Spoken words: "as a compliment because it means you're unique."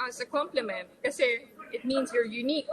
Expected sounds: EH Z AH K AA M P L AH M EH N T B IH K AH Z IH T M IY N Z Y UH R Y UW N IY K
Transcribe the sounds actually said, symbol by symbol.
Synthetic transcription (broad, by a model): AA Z AH K AA M P L AH M EH N T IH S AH IH T M IY N Z Y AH R Y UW N IY K